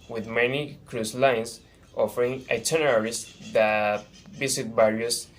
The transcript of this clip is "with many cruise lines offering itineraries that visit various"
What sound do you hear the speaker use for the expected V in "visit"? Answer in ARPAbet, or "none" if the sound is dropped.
B